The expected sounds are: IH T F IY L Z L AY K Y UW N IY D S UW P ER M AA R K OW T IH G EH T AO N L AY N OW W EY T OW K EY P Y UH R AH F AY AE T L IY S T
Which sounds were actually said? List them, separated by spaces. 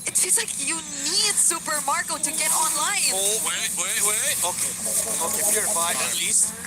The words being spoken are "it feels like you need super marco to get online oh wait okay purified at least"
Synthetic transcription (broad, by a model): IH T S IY Z L AY K Y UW N IY D S UW P ER M AA R K OW T IH G EH T AO N L AY N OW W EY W OW K EY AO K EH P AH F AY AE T L IY S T